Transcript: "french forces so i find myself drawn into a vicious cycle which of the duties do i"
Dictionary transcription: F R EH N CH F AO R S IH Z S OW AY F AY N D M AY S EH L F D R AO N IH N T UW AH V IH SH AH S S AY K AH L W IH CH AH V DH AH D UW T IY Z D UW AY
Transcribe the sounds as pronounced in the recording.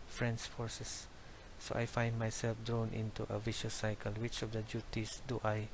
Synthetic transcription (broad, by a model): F R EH N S F AO R S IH S OW AY F AY N D M AY S EH L F D R AO N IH N T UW AH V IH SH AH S S AY K AH L W IH CH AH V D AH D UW T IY S D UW AY